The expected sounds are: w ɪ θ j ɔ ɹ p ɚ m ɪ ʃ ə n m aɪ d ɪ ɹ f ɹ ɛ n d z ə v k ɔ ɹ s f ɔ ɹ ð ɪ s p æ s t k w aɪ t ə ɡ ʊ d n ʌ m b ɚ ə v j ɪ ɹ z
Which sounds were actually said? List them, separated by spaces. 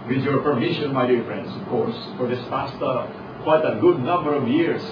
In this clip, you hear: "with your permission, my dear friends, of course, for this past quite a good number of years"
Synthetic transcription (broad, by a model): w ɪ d j ɔ ɹ p ɚ m ɪ ʃ ə n m aɪ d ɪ ɹ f ɹ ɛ n d s ə v k ɔ ɹ s f ɔ ɹ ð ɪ s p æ s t k w aɪ t ə ɡ ʊ d n ʌ m b ɚ ə v j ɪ ɹ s